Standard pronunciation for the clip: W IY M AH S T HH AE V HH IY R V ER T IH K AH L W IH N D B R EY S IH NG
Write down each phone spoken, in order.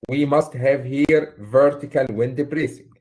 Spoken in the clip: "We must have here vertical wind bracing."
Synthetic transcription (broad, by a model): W IY M AH S T HH AE V HH IY R V ER T IH K AH L W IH N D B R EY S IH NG